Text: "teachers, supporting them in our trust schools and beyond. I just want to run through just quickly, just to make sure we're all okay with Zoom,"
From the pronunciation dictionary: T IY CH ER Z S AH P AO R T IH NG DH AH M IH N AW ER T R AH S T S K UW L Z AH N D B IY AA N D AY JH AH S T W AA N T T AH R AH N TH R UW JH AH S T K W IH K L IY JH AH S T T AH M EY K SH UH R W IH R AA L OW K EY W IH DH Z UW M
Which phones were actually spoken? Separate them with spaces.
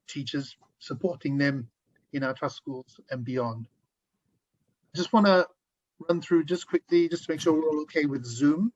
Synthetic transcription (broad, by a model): T IY CH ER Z S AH P AO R T IH NG DH AH M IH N AW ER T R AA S S K UW L Z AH N B IY AA N D AY JH AH S T W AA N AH R AH N TH R UW JH AH S K W IH K L IY JH AH S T T AH M EY K SH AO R W IH R AA L OW K EY W IH DH Z UW M